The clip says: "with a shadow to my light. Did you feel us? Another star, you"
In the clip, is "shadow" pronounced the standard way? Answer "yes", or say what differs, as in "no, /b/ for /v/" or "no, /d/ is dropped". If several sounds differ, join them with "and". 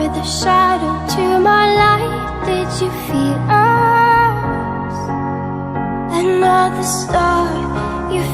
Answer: yes